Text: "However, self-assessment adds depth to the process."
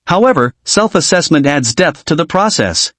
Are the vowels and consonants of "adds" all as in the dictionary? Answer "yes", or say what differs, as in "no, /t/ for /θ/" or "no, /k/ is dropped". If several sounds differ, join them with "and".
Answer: yes